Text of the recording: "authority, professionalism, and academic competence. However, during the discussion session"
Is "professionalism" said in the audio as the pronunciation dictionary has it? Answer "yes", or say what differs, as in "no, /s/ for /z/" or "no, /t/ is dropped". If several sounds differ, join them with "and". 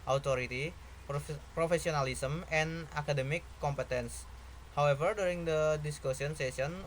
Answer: no, /s/ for /ʃ/